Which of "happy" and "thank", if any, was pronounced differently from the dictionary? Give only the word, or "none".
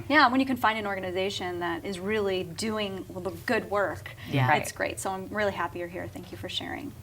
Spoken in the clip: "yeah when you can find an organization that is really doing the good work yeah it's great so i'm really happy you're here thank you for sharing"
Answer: none